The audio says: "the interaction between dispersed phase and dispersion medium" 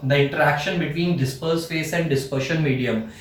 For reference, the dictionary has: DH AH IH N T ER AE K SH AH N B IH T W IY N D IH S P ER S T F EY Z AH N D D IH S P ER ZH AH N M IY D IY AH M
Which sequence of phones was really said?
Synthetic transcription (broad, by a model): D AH IH N T ER AE K SH AH N B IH T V IY N D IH S P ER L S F EY S AH N D D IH S P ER SH AH N M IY D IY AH M